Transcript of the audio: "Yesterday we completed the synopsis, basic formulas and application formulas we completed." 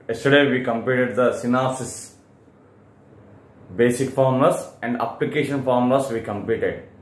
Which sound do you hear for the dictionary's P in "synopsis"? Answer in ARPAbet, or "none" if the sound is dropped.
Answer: none